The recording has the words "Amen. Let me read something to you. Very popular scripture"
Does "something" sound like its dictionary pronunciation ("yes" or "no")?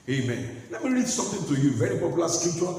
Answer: no